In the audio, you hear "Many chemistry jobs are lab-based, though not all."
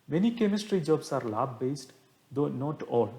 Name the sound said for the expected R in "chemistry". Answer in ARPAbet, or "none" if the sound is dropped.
R